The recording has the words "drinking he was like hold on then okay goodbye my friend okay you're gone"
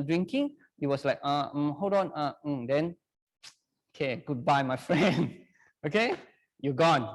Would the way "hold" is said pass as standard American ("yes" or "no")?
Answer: no